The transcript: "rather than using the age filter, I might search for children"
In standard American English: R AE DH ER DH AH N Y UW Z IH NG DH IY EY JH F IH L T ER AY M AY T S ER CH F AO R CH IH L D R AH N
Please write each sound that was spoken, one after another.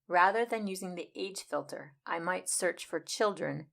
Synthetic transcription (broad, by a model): R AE DH ER DH AH N Y UW Z IH NG DH IY EY JH F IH L T ER AY M AY T S ER CH F AO R CH IH L D R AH N